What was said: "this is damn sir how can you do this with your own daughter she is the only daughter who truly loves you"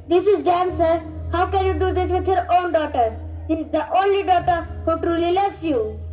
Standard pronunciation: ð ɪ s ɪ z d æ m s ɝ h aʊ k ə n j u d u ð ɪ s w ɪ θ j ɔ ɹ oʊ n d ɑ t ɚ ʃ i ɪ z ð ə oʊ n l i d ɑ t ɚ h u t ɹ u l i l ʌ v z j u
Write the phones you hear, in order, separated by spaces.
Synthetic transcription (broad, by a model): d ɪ s ɪ z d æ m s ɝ h aʊ k ə n j u d u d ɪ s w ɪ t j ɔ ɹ oʊ n d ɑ t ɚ s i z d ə oʊ n l i d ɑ t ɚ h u t ɹ u l i l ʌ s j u